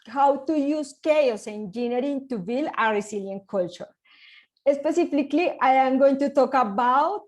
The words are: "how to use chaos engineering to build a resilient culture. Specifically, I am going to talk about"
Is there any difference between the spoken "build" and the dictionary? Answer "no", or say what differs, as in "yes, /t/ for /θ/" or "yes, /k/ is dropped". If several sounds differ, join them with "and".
yes, /d/ is dropped